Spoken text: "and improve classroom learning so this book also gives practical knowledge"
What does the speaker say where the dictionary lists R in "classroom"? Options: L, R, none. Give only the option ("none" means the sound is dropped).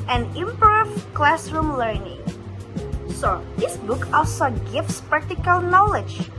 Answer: R